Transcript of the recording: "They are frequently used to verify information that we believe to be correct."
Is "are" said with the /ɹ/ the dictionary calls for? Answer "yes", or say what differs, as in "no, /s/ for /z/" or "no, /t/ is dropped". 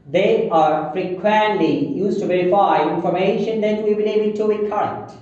yes